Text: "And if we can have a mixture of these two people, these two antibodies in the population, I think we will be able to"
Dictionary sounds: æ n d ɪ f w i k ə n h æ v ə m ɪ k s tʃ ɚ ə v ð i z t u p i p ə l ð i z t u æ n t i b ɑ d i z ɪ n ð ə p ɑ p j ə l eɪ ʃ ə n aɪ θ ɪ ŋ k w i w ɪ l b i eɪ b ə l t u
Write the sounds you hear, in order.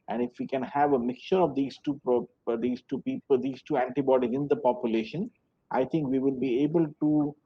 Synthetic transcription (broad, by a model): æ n d ɪ f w i k ə n h æ v ə m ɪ k tʃ ɚ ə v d i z t u p i p ə l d i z t u æ n t i b ɑ d i z ɪ n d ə p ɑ p j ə l eɪ ʃ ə n aɪ t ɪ ŋ k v i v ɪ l b i eɪ b ə l t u